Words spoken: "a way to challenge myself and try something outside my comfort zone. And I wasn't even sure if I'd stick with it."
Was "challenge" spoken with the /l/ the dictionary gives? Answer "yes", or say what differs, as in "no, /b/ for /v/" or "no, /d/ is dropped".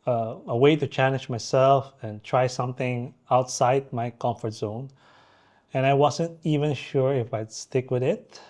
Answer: no, /n/ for /l/